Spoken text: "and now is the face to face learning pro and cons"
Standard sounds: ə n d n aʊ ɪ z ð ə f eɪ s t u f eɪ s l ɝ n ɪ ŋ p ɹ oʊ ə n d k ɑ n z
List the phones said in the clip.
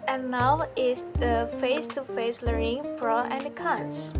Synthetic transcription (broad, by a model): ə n n aʊ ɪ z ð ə f eɪ s t u f eɪ s l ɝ ɪ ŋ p ɹ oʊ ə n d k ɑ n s